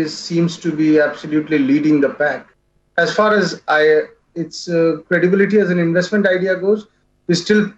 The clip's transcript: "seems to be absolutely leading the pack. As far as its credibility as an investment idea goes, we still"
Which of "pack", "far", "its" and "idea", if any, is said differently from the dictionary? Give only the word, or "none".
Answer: none